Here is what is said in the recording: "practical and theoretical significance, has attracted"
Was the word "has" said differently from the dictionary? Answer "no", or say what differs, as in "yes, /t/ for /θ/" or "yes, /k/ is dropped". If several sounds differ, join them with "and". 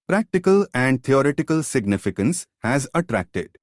no